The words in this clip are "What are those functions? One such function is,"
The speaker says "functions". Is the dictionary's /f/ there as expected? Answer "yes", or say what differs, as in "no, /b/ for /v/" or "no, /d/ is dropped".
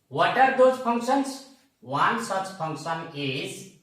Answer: no, /p/ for /f/